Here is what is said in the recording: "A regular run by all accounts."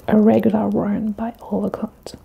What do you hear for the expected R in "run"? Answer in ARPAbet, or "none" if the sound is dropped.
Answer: W